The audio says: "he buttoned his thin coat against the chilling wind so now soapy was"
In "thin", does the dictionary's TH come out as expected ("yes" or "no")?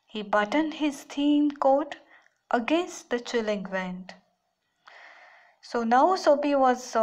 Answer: no